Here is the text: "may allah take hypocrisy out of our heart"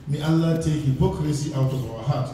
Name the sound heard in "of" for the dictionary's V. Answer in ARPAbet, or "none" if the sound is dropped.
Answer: W